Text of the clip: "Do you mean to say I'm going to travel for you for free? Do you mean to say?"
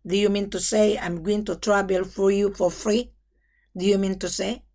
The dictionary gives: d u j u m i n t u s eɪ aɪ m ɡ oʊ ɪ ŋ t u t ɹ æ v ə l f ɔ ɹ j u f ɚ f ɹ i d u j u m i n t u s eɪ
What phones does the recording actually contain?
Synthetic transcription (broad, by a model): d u j u m i n t u s eɪ aɪ m ɡ oʊ ɪ ŋ t u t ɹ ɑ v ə l f ɔ ɹ j u f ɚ f ɹ i d u j u m i n t u s eɪ